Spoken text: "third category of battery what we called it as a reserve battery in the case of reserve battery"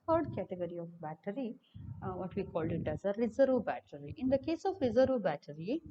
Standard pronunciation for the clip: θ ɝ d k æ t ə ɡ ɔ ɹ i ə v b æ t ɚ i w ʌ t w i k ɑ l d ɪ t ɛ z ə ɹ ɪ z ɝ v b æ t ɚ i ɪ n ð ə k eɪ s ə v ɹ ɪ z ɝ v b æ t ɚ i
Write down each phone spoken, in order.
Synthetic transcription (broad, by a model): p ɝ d k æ t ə ɡ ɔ ɹ i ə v b æ t ɚ i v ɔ t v i k ɑ l d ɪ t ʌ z ə ɹ ɪ z ɝ v b æ t ɚ i ɪ n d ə k eɪ s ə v ɹ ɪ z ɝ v b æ t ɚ i